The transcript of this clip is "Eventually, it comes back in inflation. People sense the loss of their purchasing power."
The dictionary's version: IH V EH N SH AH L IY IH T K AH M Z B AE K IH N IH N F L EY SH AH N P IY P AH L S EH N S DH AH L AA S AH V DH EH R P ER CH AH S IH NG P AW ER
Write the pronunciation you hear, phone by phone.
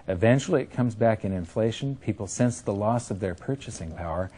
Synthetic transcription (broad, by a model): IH V EH N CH L IY IH T K AH M Z B AE K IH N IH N F L EY SH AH N P IY P L S EH N S DH AH L AA S AH V DH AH R P ER CH AH S IH NG P AW ER